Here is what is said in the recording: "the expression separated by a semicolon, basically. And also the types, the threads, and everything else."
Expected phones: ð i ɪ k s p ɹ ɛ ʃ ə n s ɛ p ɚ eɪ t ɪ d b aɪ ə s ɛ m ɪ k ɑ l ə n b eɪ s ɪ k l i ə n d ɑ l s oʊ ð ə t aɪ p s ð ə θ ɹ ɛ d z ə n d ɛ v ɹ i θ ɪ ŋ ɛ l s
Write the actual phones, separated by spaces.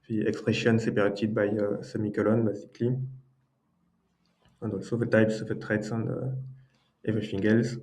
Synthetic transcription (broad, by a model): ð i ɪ k s p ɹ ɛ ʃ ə n s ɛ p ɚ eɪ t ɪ d b aɪ ə s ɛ m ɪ k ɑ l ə n b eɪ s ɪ k l i ə n d ɑ l s oʊ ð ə t aɪ p s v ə t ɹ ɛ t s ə n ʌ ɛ v ɹ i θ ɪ ŋ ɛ l s